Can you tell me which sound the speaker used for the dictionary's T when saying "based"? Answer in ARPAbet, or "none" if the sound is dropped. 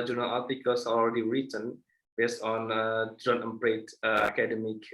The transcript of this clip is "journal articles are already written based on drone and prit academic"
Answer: T